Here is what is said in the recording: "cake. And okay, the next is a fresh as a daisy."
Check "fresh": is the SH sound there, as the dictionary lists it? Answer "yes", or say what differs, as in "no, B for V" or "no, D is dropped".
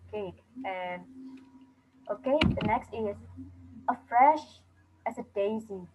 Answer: yes